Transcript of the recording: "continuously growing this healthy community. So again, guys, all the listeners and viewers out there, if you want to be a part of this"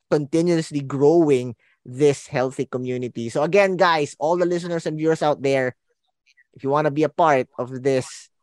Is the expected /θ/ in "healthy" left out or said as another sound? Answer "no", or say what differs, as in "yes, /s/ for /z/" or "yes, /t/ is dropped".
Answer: no